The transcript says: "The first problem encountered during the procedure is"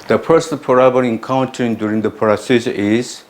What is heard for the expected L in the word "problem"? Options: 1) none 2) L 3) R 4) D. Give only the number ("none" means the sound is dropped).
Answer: 1